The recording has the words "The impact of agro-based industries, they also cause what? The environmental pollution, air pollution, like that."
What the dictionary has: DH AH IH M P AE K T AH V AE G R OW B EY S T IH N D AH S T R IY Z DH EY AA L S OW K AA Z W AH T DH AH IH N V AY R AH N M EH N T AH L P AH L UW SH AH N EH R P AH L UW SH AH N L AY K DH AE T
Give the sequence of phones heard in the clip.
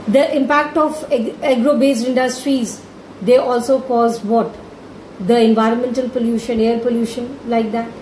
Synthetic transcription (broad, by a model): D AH IH M P AE K T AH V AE G R OW B EY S IH N D AH S T R IY Z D EY AA L S OW K AA Z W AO T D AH IH N V AY R AH N M EH N T AH L P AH L UW SH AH N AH R P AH L UW SH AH N L AY K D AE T